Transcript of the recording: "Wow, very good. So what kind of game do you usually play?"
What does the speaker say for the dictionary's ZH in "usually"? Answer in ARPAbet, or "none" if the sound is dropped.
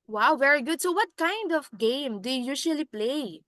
SH